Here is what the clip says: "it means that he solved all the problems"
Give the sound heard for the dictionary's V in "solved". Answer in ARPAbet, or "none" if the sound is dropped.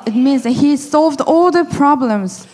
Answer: V